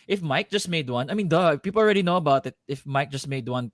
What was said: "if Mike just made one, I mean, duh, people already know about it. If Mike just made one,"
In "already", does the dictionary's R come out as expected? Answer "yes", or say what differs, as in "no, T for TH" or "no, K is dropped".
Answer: yes